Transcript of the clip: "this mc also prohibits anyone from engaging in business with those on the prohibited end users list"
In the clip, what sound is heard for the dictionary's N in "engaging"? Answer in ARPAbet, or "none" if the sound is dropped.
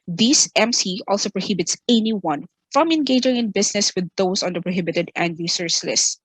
N